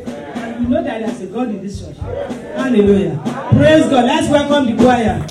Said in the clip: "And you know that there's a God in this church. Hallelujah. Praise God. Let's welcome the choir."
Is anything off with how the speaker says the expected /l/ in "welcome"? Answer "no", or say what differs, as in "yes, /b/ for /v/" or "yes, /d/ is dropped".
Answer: no